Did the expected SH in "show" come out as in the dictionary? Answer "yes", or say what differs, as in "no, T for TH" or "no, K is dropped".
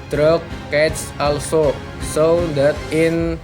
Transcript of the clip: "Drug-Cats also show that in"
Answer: no, S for SH